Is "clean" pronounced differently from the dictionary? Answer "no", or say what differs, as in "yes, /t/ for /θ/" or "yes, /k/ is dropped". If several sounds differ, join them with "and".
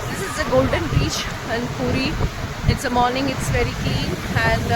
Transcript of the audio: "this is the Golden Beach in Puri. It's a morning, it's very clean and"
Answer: no